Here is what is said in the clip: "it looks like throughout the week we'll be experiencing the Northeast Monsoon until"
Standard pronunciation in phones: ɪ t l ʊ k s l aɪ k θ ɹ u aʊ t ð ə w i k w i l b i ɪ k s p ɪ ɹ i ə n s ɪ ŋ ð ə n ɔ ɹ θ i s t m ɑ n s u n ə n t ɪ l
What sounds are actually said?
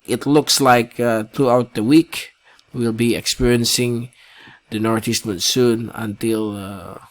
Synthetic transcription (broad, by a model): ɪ t l ʊ k s l aɪ k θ ɹ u aʊ t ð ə w i k w i l b i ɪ k s p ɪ ɹ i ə n s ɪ ŋ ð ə n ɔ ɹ t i s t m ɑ n s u n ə n t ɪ l